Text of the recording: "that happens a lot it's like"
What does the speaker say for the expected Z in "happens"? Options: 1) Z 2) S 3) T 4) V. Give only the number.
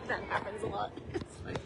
1